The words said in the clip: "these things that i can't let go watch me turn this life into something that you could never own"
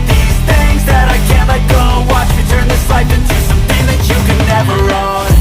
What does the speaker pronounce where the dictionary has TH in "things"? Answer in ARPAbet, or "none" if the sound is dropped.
TH